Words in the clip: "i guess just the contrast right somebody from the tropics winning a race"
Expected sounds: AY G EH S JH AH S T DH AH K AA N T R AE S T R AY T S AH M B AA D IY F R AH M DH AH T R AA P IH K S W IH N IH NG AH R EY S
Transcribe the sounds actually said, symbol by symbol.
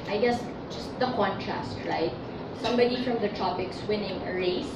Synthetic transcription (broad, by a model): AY G EH S JH AH S T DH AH K AA N T R AE S T R AY T S AH M B AA D IY F R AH M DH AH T AA P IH K S W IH N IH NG AH R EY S